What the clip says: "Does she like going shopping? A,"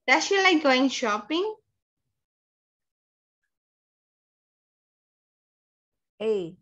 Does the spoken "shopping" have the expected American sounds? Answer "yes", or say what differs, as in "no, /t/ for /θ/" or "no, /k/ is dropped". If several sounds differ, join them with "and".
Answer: yes